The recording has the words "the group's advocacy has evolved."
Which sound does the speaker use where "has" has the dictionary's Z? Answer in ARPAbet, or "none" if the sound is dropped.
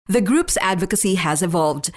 Z